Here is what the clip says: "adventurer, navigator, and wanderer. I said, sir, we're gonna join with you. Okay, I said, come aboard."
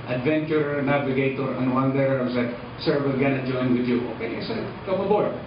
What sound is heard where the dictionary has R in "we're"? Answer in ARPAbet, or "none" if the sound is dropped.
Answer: L